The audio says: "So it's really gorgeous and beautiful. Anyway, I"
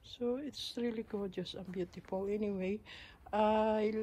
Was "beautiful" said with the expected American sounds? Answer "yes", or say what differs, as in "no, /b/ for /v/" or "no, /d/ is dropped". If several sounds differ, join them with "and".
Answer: yes